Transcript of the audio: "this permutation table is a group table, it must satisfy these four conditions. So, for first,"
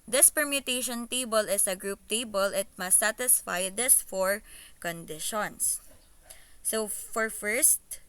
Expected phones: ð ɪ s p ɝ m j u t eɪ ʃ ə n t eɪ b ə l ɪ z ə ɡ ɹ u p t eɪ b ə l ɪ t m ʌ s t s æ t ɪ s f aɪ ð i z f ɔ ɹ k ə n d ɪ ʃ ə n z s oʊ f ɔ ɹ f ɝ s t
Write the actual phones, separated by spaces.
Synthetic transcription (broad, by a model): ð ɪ s p ɝ m j u t eɪ ʃ ə n t eɪ b ə l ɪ s ə ɡ ɹ u p t eɪ b ə l ɪ t m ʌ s s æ t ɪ s f aɪ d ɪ s f ɔ ɹ k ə n d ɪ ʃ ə n s oʊ f ɔ ɹ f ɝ s t